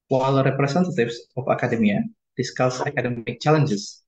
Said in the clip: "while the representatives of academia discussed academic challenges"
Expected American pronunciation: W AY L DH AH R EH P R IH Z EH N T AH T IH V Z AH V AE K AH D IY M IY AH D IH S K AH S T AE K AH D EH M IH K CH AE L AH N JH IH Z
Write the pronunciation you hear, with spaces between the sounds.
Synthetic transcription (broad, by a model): W AY L R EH P R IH S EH N T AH T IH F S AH F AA K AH D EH M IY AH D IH S K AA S AA K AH D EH M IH K CH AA L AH N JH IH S